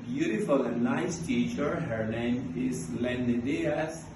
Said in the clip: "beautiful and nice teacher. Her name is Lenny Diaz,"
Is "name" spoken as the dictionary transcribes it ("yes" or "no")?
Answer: no